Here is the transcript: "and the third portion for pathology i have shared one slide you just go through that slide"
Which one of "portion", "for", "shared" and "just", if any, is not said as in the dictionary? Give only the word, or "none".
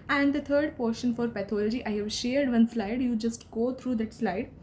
none